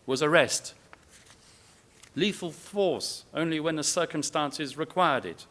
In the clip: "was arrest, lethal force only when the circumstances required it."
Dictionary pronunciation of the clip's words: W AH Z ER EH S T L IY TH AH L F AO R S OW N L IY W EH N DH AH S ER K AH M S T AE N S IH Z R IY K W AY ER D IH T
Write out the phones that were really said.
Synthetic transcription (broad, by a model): W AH Z ER EH S T L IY F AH L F AO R S OW N L IY W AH N DH AH S ER K AH M S T AE N S IH Z R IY K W AY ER D IH T